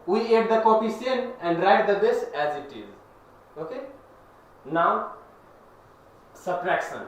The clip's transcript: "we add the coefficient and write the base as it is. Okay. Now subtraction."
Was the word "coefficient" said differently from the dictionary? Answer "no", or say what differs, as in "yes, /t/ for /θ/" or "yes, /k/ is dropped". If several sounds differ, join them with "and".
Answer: yes, /s/ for /ʃ/ and /t/ is dropped